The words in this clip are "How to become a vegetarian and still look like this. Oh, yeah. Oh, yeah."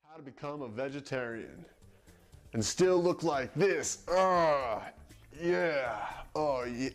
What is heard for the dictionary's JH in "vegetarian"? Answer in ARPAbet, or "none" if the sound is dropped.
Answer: JH